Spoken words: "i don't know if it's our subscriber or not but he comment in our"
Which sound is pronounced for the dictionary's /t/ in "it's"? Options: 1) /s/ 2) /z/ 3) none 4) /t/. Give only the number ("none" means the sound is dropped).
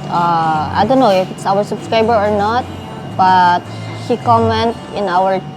4